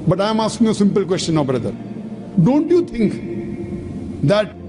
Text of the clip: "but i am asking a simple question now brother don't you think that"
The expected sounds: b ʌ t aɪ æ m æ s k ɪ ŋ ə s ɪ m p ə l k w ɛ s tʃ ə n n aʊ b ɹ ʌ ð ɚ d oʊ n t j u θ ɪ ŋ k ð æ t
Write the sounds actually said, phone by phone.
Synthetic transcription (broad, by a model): b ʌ t aɪ m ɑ s k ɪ ŋ ə s ɪ m p ə l k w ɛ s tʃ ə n n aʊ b ɹ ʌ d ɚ d oʊ n t j u t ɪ ŋ k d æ t